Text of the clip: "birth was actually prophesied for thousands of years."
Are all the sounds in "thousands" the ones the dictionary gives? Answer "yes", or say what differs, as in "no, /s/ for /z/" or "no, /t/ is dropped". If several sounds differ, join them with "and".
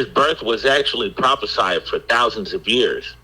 yes